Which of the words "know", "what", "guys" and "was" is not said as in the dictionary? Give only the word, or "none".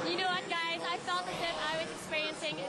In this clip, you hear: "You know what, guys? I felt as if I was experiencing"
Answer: none